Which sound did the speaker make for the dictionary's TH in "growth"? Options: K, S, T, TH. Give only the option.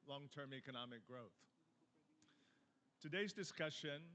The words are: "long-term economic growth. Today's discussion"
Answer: TH